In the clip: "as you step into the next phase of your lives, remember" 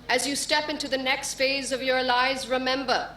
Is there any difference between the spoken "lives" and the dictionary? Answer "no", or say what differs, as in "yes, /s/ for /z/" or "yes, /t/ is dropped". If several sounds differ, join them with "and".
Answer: yes, /v/ is dropped